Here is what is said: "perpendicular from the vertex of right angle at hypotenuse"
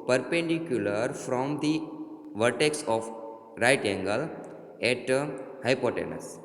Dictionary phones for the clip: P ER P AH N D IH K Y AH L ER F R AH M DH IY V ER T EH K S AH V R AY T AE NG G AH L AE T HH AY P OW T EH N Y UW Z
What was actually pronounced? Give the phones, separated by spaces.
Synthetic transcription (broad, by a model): P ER P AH N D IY K Y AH L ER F R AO M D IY V ER T EH K S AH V R AY T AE NG G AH L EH T HH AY P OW T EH N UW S